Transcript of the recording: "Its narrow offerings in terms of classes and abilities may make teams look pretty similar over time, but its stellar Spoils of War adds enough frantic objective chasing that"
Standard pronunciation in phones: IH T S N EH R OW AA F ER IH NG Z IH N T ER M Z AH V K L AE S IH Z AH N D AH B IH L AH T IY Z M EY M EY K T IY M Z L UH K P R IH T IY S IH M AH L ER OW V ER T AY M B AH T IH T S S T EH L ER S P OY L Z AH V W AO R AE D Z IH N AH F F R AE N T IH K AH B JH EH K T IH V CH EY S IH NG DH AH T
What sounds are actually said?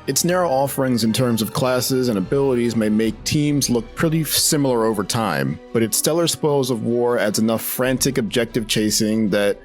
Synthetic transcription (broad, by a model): IH T S N EH R OW AA F ER IH NG Z IH N T ER M Z AH V K L AE S IH Z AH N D AH B IH L AH T IY Z M EY M EY K T IY M Z L UH K P R IH T IY S IH M L ER OW V ER T AY M B AH T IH T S S T EH L ER S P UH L Z AH V W AO R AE D Z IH N AH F F R AE N T IH K AH B JH EH K T IH V CH EY S IH NG DH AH T